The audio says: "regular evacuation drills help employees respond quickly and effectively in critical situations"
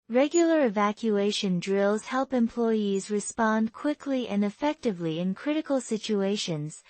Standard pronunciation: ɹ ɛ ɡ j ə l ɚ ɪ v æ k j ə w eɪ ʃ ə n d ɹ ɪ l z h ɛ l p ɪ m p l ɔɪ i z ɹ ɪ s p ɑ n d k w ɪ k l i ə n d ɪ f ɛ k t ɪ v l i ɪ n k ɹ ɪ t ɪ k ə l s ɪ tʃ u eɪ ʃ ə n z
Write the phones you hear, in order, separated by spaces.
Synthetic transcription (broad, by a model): ɹ ɛ ɡ j l ɚ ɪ v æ k j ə eɪ ʃ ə n d ɹ ɪ l z h ɛ l p ɪ m p l ɔɪ i z ɹ ɪ s p ɑ n d k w ɪ k l i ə n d ɪ f ɛ k t ɪ v l i ɪ n k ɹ ɪ t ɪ k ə l s ɪ tʃ u eɪ ʃ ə n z